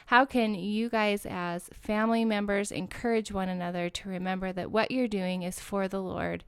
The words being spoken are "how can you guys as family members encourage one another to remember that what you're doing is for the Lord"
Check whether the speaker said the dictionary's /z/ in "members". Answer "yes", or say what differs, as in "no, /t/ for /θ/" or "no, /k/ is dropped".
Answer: yes